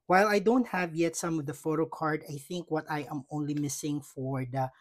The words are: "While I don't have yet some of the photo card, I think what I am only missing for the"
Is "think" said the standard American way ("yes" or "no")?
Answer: yes